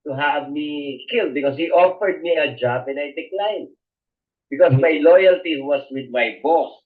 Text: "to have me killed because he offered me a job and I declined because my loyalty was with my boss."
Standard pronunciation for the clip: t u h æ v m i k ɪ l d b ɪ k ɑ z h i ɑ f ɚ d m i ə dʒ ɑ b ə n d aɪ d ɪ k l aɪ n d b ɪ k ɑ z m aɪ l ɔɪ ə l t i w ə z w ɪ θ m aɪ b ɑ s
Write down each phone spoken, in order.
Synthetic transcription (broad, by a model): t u h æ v m i k ɪ l d b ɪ k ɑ s h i ɑ f ɚ d m i ə dʒ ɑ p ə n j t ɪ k l aɪ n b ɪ k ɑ s m aɪ l ɔɪ ə l t i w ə s w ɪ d m aɪ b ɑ s